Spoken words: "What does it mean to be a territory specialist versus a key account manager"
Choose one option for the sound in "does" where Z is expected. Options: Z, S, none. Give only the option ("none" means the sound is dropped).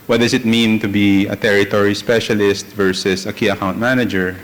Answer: S